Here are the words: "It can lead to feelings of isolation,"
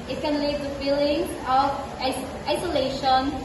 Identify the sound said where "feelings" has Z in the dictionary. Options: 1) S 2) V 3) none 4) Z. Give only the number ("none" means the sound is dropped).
3